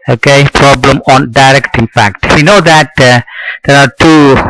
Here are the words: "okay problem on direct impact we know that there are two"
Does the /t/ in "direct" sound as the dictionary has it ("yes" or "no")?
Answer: yes